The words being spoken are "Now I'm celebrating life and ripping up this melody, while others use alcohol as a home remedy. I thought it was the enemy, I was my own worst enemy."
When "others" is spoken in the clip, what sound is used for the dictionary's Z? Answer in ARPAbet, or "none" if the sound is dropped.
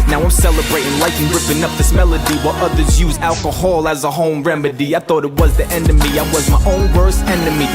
Z